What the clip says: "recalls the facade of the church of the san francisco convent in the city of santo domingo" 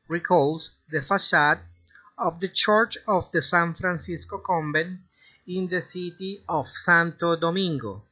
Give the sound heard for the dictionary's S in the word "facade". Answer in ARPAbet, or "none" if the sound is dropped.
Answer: S